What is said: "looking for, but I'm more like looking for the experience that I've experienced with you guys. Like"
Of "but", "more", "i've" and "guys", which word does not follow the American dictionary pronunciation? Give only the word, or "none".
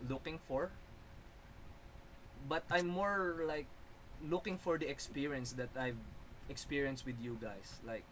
guys